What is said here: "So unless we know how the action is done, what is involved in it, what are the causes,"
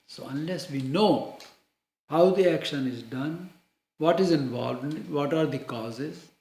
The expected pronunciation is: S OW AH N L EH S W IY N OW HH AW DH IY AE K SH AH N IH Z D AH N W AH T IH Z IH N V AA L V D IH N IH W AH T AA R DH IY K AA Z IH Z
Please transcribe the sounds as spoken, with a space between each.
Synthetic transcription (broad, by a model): S OW AH N L EH S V IY N OW HH AW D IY AE K SH AH N IH Z D AH N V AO T IH Z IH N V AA L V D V IH T AA R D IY K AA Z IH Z